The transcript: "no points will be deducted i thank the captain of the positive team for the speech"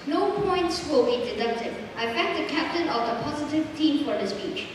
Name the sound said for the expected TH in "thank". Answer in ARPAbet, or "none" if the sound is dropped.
F